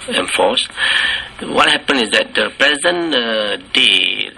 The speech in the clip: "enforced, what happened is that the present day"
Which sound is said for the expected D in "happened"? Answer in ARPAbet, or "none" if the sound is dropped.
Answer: none